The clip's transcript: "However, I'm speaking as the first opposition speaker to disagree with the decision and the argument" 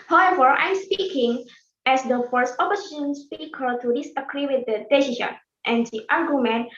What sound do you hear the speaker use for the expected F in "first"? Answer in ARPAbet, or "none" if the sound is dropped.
F